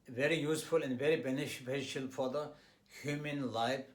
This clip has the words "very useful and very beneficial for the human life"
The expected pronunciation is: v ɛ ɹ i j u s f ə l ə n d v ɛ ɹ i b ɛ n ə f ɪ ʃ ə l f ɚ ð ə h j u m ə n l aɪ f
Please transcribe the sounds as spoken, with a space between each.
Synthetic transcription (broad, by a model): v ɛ ɹ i j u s f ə l ə n d v ɛ ɹ i b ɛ n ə p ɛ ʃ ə l f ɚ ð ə h j u m ə n l aɪ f